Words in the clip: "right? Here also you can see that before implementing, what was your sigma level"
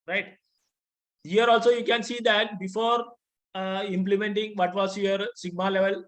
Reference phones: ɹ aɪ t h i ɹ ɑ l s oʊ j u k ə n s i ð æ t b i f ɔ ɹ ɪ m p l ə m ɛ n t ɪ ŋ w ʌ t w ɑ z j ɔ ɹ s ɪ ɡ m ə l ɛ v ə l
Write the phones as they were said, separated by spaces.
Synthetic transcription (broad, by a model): ɹ aɪ t h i ɹ ɑ l s oʊ j u k ə n s i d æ t b i f ɔ ɹ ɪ m p l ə m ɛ n t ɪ ŋ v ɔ t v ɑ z j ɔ ɹ s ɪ ɡ m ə l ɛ v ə l